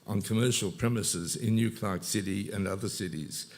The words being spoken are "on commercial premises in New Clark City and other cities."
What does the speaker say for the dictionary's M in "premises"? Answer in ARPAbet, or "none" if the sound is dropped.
M